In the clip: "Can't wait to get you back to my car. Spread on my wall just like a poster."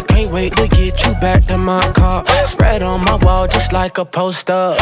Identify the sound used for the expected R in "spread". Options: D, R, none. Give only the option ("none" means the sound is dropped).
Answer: R